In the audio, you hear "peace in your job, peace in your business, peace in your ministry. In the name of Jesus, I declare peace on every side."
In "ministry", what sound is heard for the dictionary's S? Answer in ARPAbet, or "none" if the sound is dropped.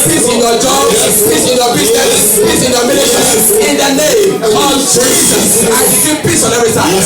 none